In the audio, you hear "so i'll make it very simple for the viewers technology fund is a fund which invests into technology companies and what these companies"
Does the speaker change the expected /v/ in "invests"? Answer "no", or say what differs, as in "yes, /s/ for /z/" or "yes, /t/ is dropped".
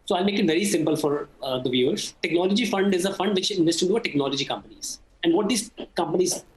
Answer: yes, /v/ is dropped